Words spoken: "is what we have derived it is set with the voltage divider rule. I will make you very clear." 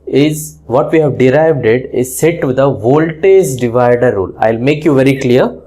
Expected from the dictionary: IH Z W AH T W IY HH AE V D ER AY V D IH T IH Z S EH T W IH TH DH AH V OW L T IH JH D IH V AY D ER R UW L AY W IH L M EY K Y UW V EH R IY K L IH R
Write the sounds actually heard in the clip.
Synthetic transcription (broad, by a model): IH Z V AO T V IY HH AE V D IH AY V D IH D IH Z S EH T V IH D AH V OW L T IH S D IH V AY D ER R UW L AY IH L M EY K Y UW V EH R IY K L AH R